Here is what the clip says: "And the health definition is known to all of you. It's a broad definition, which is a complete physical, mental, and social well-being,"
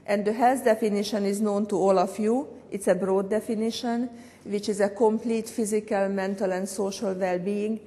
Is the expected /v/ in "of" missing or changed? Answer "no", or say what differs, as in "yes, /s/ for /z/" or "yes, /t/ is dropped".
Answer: yes, /f/ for /v/